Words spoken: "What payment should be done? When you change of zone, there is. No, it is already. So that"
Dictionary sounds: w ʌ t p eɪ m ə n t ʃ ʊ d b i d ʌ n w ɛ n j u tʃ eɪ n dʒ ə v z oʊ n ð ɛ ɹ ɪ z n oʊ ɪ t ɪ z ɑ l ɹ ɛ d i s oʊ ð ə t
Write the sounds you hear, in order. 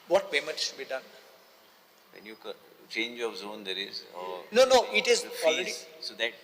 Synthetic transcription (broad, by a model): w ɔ t b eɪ m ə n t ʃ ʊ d b i d ʌ n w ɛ n j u tʃ eɪ n dʒ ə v z oʊ n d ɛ ɹ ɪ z n oʊ ɪ t ɪ z ɑ l ɹ ɛ d i s oʊ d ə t